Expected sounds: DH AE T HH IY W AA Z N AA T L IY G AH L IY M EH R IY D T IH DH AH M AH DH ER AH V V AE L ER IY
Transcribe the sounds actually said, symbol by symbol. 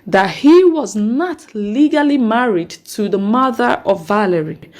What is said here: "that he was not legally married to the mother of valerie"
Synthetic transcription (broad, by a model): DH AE T HH IY W AA Z N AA T L IY G AH L IY M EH R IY D T IH DH AH M AH DH ER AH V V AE L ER IY